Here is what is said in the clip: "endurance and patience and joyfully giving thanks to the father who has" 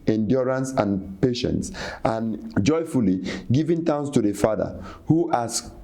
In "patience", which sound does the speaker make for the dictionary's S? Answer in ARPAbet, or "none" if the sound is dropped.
S